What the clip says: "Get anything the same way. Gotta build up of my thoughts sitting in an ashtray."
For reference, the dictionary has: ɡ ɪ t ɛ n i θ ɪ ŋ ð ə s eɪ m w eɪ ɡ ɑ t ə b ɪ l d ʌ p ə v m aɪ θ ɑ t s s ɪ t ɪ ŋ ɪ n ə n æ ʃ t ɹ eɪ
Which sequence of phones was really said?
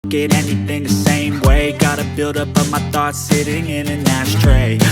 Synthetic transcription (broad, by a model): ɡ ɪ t ɛ n i θ ɪ ŋ ð ə s eɪ m w eɪ ɡ ɑ t ə b ɪ l d ʌ p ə m aɪ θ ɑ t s s ɪ t ɪ ŋ ɪ n ə n æ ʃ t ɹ eɪ